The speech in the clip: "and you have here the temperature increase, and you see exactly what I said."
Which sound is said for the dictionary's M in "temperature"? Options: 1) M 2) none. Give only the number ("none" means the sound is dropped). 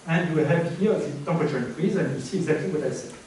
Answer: 2